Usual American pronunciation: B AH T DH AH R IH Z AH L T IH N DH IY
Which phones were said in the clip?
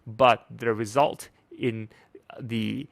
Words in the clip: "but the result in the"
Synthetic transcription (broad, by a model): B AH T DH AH R IH Z AH L T IH N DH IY